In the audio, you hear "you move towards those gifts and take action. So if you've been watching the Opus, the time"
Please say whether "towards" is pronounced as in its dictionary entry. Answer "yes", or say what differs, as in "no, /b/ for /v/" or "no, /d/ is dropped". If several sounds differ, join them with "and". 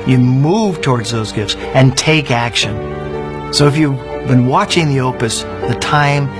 yes